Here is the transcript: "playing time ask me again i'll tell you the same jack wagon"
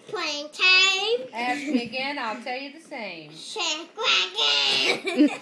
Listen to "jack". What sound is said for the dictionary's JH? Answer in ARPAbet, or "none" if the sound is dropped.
SH